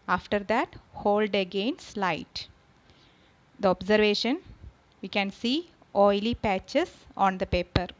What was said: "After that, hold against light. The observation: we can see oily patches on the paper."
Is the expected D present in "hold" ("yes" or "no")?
yes